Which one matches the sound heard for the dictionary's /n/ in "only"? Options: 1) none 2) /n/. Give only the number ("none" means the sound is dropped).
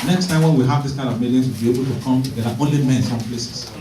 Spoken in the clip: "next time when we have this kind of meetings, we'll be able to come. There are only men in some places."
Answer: 1